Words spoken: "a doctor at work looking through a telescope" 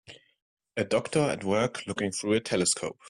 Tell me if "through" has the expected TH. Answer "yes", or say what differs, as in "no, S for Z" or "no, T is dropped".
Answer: yes